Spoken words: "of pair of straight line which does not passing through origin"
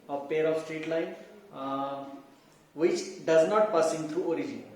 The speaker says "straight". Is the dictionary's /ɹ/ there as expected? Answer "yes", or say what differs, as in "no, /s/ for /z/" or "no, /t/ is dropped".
yes